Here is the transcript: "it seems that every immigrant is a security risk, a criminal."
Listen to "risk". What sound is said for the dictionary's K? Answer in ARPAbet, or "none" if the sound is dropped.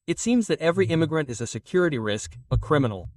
K